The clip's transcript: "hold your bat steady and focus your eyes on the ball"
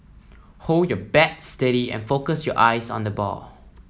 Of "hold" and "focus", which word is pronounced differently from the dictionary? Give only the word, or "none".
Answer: none